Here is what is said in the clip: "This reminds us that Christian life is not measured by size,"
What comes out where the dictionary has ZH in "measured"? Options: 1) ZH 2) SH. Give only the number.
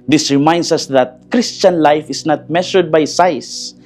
2